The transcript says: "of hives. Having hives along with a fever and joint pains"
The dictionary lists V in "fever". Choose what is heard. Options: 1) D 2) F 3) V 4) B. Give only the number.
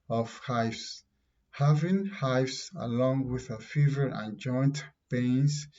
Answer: 3